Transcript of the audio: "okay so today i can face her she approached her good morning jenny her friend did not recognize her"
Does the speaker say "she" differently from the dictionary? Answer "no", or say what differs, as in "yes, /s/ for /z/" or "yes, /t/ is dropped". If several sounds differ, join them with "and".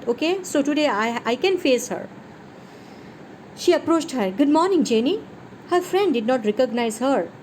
no